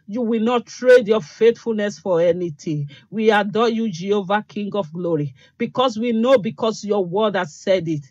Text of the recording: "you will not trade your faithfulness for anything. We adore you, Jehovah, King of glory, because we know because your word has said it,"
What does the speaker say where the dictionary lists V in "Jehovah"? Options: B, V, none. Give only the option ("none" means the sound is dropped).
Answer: V